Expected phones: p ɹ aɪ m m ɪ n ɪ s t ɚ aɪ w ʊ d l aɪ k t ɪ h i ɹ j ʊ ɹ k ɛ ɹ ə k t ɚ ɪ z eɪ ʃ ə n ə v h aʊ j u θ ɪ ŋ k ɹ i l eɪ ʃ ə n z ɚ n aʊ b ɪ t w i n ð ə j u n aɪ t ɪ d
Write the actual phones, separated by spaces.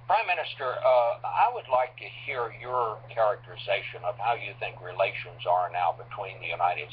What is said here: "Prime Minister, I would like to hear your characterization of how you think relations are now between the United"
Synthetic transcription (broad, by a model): p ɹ aɪ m m ɪ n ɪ s t ɚ aɪ w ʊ d l aɪ k t ɪ h i ɹ j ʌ ɹ k ɛ ɹ ə k t ɚ ɪ z eɪ ʃ ə n ə v h aʊ j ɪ θ ɪ ŋ k ɹ i l eɪ ʃ ə n z ɚ n aʊ b ɪ t w i n ð ə j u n aɪ t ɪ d